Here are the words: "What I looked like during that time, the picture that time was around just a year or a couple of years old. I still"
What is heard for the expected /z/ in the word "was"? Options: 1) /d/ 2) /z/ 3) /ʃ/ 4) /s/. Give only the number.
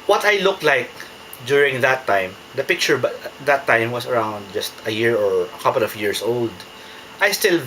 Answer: 4